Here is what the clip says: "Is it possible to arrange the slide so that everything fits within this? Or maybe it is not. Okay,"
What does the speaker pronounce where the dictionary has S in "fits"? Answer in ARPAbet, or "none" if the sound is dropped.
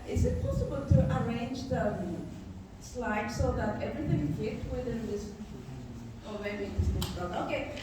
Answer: none